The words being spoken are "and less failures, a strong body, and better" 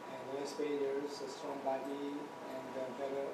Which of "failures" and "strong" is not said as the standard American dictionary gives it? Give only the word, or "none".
failures